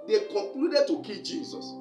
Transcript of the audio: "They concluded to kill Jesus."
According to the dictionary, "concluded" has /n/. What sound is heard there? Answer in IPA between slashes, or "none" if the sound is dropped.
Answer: none